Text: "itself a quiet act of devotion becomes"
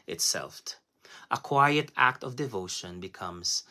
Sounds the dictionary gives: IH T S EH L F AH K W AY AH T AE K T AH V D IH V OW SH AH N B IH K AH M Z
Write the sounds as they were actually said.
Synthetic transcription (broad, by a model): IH T S EH L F AH K W AY AH T AE K T AH V D IH V OW SH AH N B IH K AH M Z